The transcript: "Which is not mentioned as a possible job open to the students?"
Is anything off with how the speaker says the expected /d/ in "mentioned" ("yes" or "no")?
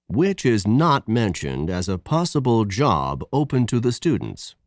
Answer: no